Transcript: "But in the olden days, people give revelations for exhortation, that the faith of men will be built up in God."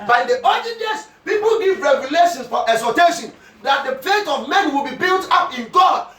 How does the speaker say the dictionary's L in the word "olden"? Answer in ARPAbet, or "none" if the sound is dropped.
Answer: none